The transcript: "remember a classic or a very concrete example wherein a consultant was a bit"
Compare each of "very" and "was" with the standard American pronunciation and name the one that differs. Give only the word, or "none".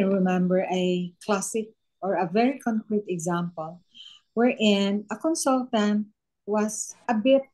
was